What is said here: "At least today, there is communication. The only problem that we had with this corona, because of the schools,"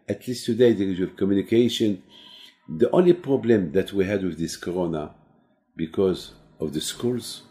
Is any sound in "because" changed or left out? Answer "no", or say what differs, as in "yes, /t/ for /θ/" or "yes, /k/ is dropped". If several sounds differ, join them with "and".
no